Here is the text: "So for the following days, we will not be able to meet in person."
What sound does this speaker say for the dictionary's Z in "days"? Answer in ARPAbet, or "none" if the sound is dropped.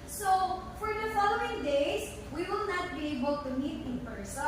S